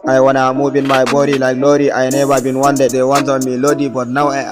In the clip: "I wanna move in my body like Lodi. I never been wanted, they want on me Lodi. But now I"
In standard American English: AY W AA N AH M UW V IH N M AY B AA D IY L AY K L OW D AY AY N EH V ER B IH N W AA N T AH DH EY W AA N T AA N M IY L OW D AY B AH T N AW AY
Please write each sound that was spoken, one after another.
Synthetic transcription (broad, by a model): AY W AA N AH M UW B IH N M AY B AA D IY L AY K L OW D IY AY N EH B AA B IH N W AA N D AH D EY W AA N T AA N M IY L OW D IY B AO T N AW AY